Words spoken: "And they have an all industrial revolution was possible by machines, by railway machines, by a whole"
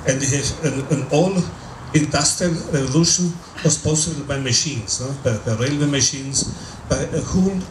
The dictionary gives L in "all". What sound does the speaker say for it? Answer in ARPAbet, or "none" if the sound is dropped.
L